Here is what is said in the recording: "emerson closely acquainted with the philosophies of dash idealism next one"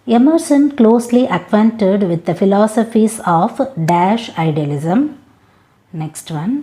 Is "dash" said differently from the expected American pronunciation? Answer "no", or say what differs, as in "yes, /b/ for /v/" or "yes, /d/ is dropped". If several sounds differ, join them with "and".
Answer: no